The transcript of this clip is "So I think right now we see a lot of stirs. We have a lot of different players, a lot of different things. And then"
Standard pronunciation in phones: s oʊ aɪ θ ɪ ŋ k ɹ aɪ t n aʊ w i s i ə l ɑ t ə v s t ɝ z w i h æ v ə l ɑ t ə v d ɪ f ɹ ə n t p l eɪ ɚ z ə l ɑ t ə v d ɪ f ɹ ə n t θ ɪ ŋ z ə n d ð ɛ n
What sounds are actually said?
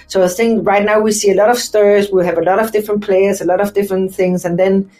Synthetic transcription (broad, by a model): s oʊ aɪ θ ɪ ŋ k ɹ aɪ t n aʊ w i s i ə l ɑ t ə v s t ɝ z w i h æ v ə l ɑ t ə v d ɪ f ɹ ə n p l eɪ ɚ z ə l ɑ t ə v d ɪ f ɹ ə n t θ ɪ ŋ z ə n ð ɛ n